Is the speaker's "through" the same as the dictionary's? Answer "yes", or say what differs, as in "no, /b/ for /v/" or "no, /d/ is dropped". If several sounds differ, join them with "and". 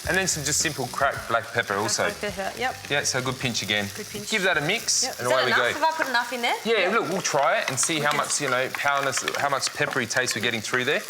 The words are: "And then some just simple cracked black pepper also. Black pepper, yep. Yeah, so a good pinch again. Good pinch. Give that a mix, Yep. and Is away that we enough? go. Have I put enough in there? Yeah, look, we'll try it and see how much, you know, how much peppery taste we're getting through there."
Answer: yes